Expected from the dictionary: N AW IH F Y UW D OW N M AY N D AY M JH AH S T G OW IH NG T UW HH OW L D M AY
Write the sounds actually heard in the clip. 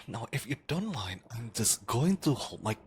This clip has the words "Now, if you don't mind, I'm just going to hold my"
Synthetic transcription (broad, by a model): N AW IH F Y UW D OW N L AY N AY M JH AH S G OW IH NG T UW HH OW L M AY